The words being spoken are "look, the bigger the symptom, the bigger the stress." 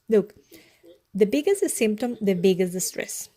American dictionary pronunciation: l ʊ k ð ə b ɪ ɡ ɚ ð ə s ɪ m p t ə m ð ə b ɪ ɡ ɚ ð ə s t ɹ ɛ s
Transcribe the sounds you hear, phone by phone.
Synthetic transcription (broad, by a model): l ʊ k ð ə b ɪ ɡ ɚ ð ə s ɪ m p t ə m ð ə b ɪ ɡ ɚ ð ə s t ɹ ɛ s